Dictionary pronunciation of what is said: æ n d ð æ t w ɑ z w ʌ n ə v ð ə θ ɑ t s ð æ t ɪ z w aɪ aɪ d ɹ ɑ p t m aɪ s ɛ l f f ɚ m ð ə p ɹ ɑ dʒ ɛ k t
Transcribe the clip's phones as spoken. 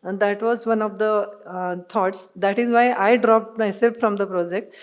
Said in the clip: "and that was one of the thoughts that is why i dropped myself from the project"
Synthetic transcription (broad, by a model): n d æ t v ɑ z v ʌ n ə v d ə t ɑ t s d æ t ɪ z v aɪ aɪ d ɹ ɑ p t m aɪ s ɛ l f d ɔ m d ə p ɹ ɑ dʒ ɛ k t